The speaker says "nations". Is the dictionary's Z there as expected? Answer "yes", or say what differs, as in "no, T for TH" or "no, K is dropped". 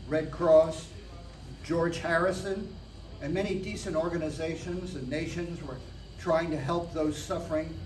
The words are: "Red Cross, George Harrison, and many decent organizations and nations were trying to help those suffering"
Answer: yes